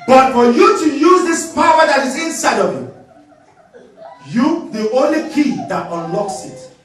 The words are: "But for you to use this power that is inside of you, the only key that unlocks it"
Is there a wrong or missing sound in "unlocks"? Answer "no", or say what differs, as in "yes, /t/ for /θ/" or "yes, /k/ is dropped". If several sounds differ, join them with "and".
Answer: no